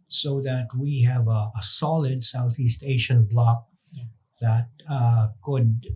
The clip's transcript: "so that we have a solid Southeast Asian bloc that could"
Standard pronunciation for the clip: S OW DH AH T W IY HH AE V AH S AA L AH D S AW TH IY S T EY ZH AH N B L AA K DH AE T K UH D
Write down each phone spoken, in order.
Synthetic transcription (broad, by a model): S OW DH AH T W IY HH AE V AH S AA L AH D S AW TH IY S T EY SH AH N B L AA K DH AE T K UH D